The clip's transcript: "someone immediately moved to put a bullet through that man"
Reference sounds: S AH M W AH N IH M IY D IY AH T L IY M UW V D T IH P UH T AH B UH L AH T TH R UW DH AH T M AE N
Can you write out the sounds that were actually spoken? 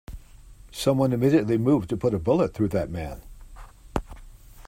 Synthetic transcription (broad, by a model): S AH M W AH N IH M IY D IY AH T L IY M UW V T IH P UH T AH B UH L AH T TH R UW DH AH T M AE N